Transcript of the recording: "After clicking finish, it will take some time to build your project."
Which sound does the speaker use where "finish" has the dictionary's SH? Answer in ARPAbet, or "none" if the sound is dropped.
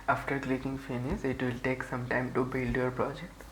S